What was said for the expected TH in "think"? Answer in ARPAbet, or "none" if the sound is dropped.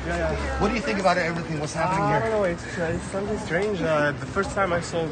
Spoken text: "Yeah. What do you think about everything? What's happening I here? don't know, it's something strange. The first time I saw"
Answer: TH